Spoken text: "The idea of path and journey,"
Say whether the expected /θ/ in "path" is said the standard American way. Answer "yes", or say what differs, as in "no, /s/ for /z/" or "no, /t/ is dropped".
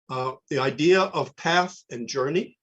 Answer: yes